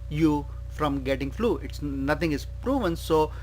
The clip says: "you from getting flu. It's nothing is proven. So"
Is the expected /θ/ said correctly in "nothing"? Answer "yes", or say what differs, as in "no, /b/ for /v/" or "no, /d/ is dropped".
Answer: no, /t/ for /θ/